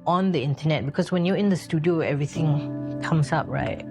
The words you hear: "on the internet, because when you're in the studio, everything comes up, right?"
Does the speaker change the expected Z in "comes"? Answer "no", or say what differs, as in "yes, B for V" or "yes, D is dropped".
yes, S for Z